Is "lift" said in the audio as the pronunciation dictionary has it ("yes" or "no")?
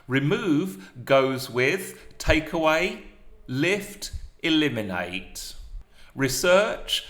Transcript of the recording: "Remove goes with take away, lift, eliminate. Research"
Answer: yes